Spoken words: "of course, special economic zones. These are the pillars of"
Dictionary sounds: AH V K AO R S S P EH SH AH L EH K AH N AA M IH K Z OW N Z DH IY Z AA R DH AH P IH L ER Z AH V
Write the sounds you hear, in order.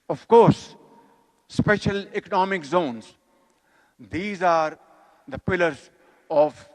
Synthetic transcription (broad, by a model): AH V K AO R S S P EH SH AH L EH K AH N AA M IH K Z OW N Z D IY Z AA R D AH P IH L ER Z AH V